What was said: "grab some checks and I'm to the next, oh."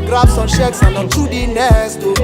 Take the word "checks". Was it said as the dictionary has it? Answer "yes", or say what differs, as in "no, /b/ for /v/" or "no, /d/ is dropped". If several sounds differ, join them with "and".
no, /ʃ/ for /tʃ/